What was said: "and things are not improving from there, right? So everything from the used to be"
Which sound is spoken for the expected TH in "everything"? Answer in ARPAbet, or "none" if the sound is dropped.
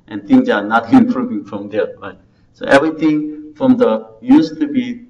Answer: T